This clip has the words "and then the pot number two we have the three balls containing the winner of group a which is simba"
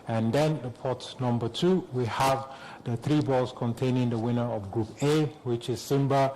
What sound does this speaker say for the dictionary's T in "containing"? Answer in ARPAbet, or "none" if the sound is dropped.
T